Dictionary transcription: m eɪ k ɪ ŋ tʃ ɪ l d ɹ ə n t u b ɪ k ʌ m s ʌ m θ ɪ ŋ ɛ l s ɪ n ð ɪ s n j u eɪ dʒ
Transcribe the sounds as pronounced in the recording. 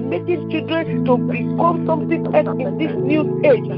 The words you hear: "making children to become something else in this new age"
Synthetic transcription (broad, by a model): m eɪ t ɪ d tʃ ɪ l d ɹ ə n t u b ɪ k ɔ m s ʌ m t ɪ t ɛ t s ɪ n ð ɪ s n j u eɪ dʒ